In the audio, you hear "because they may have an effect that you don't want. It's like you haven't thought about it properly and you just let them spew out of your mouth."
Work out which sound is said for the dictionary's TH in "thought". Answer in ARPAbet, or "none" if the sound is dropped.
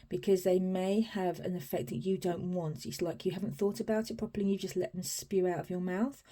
TH